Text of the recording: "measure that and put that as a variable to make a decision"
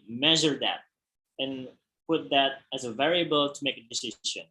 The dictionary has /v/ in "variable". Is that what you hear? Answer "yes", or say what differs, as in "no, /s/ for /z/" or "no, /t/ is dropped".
yes